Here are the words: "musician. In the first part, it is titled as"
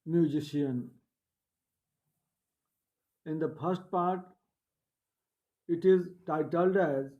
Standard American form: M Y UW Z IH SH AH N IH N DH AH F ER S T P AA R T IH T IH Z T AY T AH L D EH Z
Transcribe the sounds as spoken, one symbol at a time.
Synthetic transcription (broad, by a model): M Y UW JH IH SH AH N IH N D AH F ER S T P AA R T IH T IH Z T AY T AH L D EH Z